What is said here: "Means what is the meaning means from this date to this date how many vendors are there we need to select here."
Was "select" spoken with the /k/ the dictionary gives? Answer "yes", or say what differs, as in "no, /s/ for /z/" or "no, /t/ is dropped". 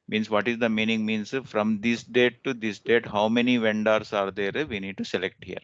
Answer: yes